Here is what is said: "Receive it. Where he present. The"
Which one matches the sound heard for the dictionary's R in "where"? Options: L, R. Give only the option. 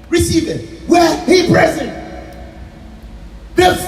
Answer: L